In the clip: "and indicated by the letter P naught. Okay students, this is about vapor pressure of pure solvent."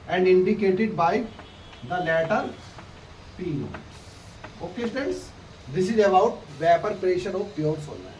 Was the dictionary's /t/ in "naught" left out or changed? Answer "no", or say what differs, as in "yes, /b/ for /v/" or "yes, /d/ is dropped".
yes, /t/ is dropped